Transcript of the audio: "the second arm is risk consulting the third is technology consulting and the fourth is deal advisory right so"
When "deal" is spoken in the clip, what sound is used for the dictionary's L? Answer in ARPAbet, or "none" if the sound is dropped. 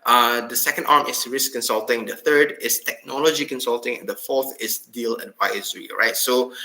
L